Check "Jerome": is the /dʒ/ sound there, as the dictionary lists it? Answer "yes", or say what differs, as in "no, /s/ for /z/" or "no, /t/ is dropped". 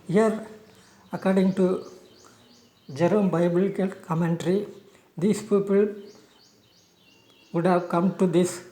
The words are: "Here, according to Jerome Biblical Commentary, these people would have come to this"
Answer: yes